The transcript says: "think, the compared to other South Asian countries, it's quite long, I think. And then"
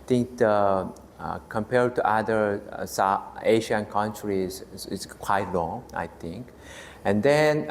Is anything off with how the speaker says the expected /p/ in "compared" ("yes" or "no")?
no